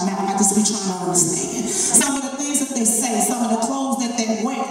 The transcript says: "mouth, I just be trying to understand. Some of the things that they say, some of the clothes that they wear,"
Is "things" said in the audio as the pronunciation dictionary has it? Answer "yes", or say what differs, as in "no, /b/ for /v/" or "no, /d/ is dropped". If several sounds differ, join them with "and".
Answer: no, /ŋ/ is dropped